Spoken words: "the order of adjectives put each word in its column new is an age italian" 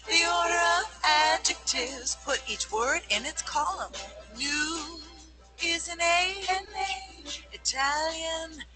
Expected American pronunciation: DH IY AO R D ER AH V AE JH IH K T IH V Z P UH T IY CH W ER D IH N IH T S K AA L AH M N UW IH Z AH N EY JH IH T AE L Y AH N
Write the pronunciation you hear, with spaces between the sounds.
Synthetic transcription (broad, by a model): DH IY AO R D ER AH V AE JH IH K T IH V Z P UH T IY CH W ER D IH N IH T S K AA L AH M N UW IH Z AH N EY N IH T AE L Y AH N